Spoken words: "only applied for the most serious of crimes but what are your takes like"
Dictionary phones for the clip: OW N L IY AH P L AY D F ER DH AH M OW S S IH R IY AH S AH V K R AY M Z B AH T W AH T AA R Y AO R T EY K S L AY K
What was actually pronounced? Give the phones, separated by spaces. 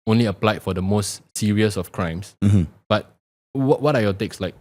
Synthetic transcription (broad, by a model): OW N L IY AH P L AY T F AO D AH M OW S S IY R IY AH S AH F K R AY M S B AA T W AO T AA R Y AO T EY K S L AY K